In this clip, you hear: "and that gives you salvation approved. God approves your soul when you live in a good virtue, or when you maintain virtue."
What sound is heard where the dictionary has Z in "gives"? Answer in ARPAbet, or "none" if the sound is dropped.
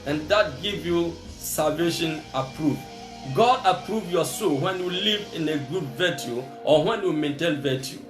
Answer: none